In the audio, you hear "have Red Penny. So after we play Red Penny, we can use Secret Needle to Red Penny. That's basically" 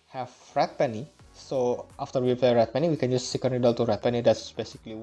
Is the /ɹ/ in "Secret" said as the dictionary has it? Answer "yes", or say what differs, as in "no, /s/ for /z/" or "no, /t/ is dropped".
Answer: no, /ɹ/ is dropped